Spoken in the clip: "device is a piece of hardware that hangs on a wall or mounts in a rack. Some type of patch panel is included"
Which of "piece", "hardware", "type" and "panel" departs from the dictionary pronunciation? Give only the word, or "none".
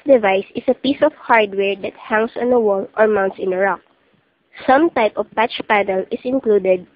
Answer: none